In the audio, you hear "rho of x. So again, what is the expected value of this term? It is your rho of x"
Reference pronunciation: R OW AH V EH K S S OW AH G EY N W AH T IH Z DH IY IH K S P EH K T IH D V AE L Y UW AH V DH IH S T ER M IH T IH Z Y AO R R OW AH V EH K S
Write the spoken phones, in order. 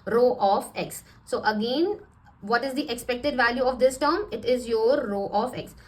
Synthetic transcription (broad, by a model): R OW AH F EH K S S OW AH G EY N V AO T IH Z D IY IH K S P EH K T IH D V AE L Y UW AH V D IH S T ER M IH T IH Z Y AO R R OW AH F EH K S